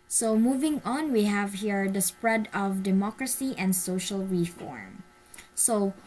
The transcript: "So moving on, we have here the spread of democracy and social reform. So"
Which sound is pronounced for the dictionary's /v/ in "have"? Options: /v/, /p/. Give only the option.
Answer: /v/